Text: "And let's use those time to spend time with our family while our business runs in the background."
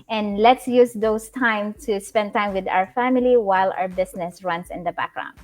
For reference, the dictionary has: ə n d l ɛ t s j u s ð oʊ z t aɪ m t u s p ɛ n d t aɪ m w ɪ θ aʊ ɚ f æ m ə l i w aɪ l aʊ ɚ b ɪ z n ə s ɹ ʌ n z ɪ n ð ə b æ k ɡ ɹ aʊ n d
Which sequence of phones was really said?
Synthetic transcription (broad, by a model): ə n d l ɛ t s j u s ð oʊ s t aɪ m t u s p ɛ n d t aɪ m w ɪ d aʊ ɚ f æ m ə l i w aɪ l aʊ ɚ b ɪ s n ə s ɹ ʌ n s ɪ n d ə b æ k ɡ ɹ aʊ n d